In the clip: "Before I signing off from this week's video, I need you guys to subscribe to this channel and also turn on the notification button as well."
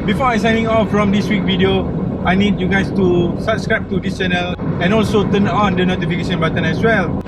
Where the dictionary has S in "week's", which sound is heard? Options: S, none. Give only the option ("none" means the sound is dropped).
none